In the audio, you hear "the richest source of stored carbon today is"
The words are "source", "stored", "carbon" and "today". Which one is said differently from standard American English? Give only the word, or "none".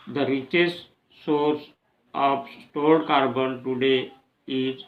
stored